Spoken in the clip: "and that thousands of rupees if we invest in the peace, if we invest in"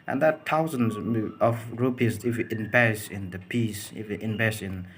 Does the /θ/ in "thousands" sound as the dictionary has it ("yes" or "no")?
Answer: no